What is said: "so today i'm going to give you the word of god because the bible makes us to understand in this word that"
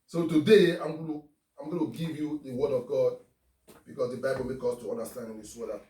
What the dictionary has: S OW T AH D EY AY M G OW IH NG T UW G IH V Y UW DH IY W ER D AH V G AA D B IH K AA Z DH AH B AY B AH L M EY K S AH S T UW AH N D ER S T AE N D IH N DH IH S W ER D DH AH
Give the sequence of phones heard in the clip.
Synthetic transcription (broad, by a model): S OW T AH D EY AY M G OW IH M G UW G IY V Y UW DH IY W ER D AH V G AA D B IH K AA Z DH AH B AY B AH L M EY K AO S T UW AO N D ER S T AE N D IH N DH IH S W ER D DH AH